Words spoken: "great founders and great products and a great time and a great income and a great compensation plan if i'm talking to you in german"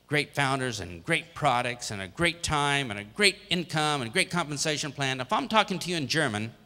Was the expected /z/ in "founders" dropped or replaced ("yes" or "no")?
no